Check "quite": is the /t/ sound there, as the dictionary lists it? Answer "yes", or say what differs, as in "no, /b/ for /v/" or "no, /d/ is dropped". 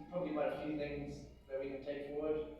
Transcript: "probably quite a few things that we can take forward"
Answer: no, /t/ is dropped